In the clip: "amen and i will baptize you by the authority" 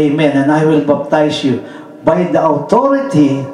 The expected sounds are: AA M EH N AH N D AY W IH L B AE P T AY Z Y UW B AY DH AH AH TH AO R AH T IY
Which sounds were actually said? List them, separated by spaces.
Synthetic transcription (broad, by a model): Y M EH N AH N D AY W IH L B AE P T AY S Y UW B AY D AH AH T AO R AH T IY